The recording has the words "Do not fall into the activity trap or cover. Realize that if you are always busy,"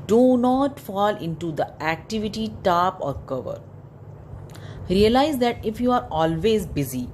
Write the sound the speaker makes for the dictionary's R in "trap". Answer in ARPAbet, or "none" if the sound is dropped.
none